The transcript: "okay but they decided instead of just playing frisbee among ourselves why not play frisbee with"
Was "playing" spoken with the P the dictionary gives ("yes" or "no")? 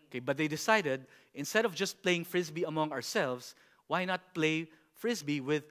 yes